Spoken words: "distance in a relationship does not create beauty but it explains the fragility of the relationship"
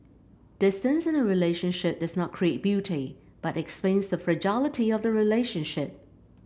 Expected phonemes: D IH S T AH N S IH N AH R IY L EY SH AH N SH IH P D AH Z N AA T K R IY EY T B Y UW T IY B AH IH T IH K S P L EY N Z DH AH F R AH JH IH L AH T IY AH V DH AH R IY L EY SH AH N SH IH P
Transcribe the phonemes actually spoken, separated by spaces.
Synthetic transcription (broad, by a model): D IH S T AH N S IH N AH R IY L EY SH AH N SH IH P D AH Z N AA T K R IY EY T B Y UW T IY B AH T IH K S P L EY N Z DH AH F R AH JH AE L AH T IY AH V DH AH R IY L EY SH AH N SH IH P